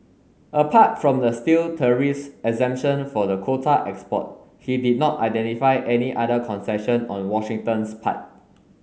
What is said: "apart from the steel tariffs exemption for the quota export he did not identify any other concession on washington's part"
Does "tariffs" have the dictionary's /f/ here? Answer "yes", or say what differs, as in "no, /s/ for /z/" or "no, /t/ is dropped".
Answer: no, /f/ is dropped